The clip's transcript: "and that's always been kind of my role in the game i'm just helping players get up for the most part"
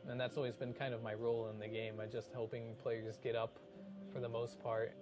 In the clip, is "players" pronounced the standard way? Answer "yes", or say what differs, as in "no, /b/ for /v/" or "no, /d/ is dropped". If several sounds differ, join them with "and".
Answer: yes